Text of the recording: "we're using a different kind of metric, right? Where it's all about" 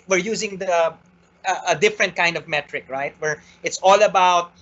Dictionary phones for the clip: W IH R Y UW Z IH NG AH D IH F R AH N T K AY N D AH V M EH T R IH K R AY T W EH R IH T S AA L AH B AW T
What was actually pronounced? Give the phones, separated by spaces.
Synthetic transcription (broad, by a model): W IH R Y UW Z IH NG AH D IH F R AH N T K AY N D AH V M EH T R IH K R AY T W EH R IH T S AA L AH B AW T